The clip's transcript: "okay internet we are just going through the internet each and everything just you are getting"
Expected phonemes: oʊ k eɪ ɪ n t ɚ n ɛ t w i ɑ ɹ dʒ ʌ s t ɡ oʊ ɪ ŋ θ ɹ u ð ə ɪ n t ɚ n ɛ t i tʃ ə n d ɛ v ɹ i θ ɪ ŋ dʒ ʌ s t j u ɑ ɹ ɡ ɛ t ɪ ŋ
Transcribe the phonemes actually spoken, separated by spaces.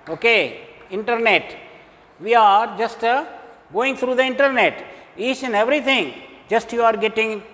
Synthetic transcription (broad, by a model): oʊ k eɪ ɪ n t ɚ n ɛ t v i ɑ ɹ dʒ ʌ s t ɡ oʊ ɪ ŋ t ɹ u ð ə ɪ n t ɚ n ɛ t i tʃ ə n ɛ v ɹ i t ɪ ŋ dʒ ʌ s t j u ɑ ɹ ɡ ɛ t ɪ ŋ